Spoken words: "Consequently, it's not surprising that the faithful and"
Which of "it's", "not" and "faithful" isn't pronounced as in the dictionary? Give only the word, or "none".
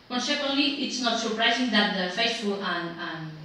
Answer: faithful